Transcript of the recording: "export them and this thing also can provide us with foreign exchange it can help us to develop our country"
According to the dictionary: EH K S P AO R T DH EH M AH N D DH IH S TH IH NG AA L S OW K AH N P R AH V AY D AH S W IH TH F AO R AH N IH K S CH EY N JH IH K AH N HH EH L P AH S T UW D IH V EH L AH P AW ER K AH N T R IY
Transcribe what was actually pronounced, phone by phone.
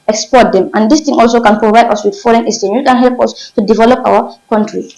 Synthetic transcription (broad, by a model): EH K S P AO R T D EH M AH N D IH S T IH NG AA L S OW K AH N P R AH V AY D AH S W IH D F AO R AH N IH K S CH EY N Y IH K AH N HH EH L P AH S T UW D IH V EH L AH P AW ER K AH N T R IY